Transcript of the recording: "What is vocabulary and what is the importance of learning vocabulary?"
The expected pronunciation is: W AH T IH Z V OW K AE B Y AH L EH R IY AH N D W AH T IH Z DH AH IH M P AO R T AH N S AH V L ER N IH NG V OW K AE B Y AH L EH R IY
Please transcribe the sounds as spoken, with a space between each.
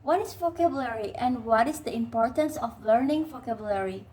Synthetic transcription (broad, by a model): W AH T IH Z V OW K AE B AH L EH R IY AH N D W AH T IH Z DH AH IH M P AO R T AH N S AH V L ER N IH NG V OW K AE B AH L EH R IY